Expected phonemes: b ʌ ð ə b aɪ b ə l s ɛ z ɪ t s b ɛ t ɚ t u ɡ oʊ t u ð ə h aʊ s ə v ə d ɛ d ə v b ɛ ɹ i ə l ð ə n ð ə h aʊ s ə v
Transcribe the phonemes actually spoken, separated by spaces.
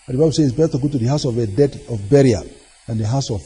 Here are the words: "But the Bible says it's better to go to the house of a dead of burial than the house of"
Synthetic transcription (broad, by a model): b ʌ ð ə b aɪ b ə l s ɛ ɪ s b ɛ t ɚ t u ɡ oʊ t u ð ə h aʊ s ə v ə d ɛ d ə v b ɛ ɹ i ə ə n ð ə h aʊ s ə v